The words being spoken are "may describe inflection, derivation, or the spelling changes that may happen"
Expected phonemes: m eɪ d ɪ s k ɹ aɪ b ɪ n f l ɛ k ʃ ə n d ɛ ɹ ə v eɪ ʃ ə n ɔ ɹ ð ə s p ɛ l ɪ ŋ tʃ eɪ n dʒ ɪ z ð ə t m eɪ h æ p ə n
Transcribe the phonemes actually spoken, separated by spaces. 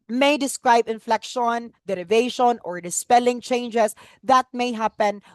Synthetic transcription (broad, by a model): m eɪ d ɪ s k ɹ aɪ b ɪ n f l ɛ k ʃ ə n d ɛ ɹ ə v eɪ ʃ ə n ɔ ɹ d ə s p ɛ l ɪ ŋ tʃ eɪ n dʒ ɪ s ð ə t m eɪ h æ p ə n